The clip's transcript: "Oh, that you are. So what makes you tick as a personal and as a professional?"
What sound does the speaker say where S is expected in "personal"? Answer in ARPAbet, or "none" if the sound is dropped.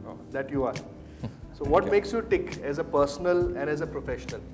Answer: S